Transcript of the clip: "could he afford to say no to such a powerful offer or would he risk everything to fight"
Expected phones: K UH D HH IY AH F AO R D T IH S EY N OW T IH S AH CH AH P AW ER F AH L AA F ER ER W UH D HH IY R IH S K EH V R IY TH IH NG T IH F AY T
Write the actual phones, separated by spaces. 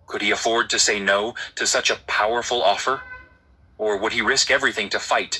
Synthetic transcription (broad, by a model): K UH D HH IY AH F AO R D T IH S EY N OW T IH S AH CH AH P AW ER F L AA F ER ER W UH D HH IY R IH S K EH V R IY TH IH NG T IH F AY T